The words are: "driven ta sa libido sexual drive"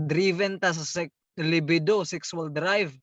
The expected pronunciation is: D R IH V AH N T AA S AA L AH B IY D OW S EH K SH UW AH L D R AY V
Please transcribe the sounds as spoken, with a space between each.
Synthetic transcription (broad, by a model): D R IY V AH N T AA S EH L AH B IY D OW S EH K S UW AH L D R AY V